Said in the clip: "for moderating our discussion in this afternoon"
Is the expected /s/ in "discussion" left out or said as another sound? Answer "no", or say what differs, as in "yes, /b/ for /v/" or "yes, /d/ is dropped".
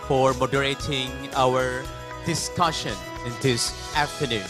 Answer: no